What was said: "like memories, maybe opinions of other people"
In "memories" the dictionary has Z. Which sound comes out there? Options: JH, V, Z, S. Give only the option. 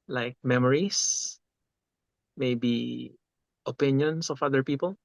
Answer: S